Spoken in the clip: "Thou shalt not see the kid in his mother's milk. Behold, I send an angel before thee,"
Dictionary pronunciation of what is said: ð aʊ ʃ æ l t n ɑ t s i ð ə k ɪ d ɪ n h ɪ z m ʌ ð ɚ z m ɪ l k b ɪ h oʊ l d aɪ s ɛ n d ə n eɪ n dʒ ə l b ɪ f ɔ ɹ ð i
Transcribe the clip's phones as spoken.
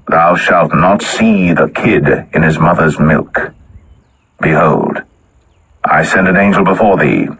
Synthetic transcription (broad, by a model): ð aʊ ʃ æ l t n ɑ t s i ð ə k ɪ d ɪ n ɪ z m ʌ ð ɚ z m ɪ l k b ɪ h oʊ l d aɪ s ɛ n d ə n eɪ n dʒ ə l b ɪ f ɔ ɹ ð i